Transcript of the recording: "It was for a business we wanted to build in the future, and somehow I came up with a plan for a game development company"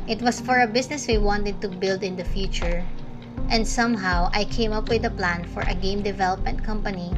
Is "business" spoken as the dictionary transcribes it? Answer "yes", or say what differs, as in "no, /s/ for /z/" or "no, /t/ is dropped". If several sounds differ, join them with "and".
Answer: no, /s/ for /z/